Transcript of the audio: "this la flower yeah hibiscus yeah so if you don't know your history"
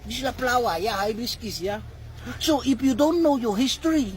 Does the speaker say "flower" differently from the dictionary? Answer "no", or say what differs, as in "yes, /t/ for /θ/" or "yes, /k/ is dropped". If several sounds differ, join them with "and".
yes, /p/ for /f/